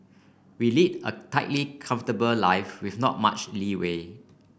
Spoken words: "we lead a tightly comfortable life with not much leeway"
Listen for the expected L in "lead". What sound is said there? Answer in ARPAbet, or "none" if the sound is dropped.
L